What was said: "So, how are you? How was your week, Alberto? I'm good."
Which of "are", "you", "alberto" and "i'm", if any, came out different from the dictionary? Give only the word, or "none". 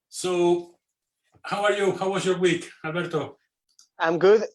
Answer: alberto